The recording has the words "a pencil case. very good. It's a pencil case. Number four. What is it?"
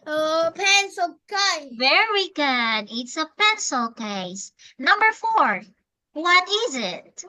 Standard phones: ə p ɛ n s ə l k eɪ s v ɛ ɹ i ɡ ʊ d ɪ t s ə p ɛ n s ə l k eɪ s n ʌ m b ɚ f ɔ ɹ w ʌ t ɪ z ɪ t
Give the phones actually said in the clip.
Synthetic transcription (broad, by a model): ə p ɛ n s ə l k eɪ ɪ v ɛ ɹ i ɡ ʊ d ɪ t s ə p ɛ n s ə l k eɪ s n ʌ m b ɚ f ɔ ɹ w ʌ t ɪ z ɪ t